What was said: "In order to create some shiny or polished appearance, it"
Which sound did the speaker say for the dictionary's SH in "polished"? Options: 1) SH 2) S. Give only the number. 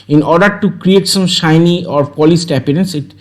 2